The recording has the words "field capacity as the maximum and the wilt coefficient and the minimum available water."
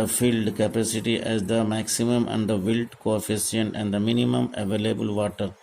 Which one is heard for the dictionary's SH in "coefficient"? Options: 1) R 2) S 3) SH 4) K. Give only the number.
2